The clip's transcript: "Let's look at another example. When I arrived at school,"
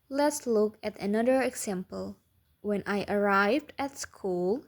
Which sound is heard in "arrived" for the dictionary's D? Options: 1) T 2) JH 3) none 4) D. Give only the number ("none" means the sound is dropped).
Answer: 4